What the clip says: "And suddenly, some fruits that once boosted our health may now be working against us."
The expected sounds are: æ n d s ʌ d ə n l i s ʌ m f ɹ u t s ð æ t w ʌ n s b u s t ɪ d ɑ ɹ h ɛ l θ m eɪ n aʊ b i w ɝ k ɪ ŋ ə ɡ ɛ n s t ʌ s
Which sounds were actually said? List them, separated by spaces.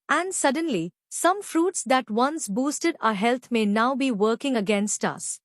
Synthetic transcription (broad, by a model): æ n d s ʌ d ə n l i s ʌ m f ɹ u t s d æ t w ʌ n s b u s t ɪ d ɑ h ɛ l t m eɪ n aʊ b i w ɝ k ɪ ŋ ə ɡ ɛ n s t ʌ s